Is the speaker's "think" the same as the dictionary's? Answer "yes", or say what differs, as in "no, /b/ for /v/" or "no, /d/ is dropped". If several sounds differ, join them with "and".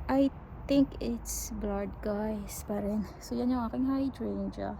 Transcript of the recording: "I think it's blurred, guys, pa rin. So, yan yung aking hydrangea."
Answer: no, /t/ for /θ/